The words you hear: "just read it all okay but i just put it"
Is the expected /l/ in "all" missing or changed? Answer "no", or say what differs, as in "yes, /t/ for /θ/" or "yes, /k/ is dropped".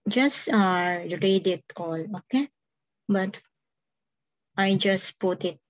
no